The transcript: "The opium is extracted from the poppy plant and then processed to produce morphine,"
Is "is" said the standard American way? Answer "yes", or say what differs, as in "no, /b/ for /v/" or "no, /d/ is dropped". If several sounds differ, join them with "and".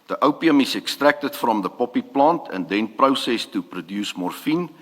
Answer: no, /s/ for /z/